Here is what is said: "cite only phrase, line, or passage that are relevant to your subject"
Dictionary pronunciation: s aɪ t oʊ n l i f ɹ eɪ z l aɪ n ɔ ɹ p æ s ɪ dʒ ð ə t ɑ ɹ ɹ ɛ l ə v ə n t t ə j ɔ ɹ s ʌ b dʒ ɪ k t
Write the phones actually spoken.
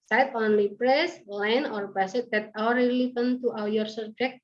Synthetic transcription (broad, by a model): s aɪ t oʊ n l i p ɹ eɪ s l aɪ n ɔ ɹ b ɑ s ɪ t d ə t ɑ w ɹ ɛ l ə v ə n t t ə j ɔ ɹ s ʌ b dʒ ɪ k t